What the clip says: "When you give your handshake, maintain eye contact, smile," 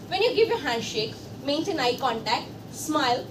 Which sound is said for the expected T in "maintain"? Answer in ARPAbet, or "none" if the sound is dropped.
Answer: S